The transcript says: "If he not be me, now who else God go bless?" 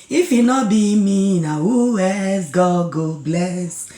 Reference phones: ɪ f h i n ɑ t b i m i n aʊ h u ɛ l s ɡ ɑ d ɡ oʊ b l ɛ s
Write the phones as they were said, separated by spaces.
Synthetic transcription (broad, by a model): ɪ f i n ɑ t b i m i n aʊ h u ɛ s ɡ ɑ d ɡ oʊ b l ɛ s